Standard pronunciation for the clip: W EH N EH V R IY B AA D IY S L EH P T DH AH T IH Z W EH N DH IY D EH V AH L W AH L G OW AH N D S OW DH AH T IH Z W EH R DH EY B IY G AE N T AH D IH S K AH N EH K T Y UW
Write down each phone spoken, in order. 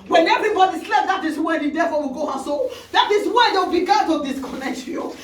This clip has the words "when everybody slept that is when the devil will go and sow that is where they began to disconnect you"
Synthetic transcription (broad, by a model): W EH N EH V R IY B AA D IY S L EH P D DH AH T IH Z W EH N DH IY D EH F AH W AH L G OW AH S OW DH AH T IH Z W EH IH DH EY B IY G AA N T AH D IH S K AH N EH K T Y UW